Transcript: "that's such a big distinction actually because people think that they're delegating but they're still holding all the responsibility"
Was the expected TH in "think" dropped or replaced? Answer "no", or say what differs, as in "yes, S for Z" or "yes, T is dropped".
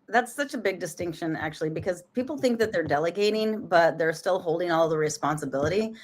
no